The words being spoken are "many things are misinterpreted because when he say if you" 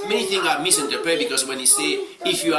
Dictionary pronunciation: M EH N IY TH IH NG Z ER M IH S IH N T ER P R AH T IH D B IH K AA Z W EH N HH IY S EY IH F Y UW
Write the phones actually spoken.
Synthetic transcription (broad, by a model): M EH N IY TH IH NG AA M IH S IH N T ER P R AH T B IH K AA S W EH N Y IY S EY IH F Y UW